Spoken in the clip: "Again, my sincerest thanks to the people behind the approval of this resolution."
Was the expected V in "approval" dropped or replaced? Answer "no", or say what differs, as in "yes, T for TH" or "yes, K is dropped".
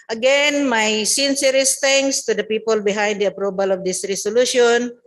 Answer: yes, B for V